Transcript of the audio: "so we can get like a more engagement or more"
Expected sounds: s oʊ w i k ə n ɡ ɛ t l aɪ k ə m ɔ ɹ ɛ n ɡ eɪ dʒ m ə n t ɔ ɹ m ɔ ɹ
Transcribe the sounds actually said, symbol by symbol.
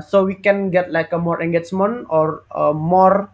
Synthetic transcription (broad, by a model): s oʊ w i k ə n ɡ ɛ t l aɪ k ə m ɔ ɹ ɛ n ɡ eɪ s m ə n ɔ ɹ m ɔ ɹ